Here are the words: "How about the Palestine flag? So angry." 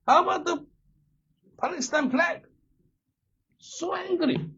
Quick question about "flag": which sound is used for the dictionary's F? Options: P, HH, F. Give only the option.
P